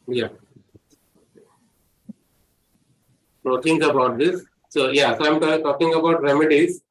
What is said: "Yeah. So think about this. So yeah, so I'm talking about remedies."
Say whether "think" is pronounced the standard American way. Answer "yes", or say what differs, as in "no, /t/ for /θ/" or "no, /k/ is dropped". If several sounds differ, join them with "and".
no, /t/ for /θ/